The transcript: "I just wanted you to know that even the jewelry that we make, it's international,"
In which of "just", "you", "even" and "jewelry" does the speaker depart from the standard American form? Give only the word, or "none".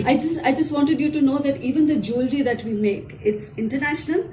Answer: none